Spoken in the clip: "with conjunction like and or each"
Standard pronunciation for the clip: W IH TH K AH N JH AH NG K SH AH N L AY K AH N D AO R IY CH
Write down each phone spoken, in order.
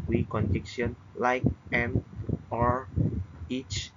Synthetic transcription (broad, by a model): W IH K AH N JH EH K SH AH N L AY K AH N AO R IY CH